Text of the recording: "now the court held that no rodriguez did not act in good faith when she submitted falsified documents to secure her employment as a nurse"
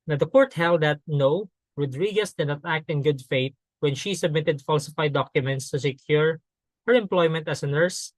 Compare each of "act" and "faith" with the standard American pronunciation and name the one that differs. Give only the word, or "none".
faith